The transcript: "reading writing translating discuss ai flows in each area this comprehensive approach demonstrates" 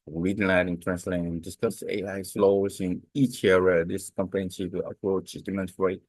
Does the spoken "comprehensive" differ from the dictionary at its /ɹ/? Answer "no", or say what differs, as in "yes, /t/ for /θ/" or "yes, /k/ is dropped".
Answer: yes, /ɹ/ is dropped